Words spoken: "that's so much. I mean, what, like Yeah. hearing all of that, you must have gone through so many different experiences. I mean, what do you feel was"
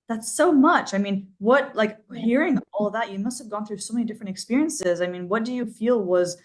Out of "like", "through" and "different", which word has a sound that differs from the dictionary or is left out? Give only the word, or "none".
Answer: none